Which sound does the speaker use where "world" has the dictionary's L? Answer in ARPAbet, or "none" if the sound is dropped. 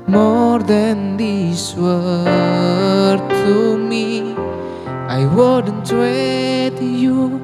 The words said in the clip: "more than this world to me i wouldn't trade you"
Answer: none